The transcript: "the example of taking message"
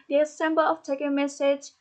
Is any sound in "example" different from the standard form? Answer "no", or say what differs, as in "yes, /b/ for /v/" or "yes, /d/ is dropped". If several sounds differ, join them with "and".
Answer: yes, /b/ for /p/